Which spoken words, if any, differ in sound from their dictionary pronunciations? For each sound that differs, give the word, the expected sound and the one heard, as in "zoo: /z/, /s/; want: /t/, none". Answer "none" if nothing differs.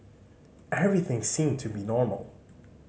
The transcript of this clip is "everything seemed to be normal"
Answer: none